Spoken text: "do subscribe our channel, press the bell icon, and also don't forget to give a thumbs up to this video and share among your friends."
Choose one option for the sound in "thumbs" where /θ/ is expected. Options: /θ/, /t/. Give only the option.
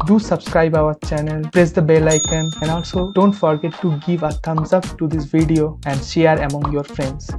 /t/